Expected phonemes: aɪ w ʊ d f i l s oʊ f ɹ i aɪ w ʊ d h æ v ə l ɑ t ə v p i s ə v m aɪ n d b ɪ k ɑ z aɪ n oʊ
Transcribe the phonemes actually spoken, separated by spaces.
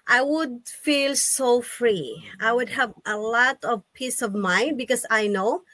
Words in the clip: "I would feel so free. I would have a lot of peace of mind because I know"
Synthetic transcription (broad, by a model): aɪ w ʊ d f i l s oʊ f ɹ i aɪ w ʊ d h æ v ə l ɑ t ə v p i s ə v m aɪ n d b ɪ k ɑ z aɪ n oʊ